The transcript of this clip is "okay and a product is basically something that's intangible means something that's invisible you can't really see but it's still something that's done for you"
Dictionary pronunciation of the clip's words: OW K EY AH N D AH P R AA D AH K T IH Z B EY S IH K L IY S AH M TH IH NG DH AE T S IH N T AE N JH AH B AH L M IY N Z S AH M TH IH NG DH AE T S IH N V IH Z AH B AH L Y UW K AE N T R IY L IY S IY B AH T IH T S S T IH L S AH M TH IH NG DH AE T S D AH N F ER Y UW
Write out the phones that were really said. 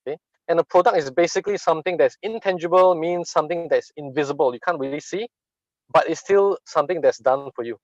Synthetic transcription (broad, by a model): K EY AH N D AH P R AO D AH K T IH S B EY S IH K L IY S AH M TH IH NG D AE T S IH N T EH N JH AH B AH L M IY N S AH M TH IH NG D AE T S IH N V IH Z AH B AH L Y UW K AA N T R IY L IY S IY B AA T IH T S S T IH L S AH M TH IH NG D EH T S D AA N F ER Y UW